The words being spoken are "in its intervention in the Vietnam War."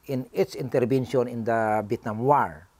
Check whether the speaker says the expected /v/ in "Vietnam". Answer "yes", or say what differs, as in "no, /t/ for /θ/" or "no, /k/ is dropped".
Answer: no, /b/ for /v/